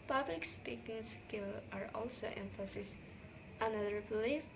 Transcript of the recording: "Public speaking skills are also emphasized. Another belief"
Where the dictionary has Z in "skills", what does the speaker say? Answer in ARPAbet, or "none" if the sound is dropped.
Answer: none